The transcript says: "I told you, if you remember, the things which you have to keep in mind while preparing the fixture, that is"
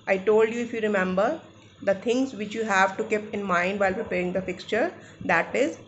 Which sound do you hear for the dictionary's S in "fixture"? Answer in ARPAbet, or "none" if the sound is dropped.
S